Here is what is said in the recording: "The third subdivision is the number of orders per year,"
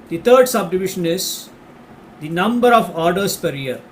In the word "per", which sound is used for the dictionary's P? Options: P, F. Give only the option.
P